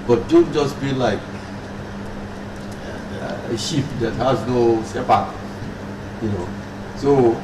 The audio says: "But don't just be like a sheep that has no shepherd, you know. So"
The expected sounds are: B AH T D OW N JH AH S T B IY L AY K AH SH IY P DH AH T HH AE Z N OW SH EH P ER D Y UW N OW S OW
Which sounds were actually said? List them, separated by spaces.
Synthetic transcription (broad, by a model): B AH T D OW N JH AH S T B IY L AY K AH SH IY P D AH T HH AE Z N OW S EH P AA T Y UW N OW S OW